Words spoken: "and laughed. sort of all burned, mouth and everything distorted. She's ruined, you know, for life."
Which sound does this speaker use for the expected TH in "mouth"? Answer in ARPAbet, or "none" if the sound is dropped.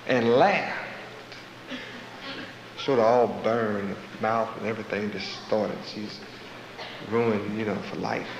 TH